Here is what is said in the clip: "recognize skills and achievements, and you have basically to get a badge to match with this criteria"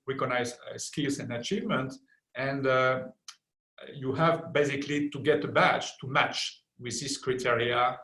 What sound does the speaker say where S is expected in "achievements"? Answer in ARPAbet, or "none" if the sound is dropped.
none